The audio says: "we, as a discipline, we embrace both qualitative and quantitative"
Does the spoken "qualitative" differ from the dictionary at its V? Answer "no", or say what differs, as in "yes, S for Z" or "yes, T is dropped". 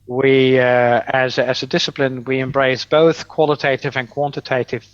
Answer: no